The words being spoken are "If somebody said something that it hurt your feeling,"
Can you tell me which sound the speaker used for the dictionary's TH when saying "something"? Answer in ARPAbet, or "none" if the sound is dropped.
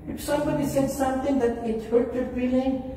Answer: T